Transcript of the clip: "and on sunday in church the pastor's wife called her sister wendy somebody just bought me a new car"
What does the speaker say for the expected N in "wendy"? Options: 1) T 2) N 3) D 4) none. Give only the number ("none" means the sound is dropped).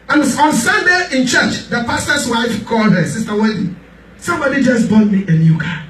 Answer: 4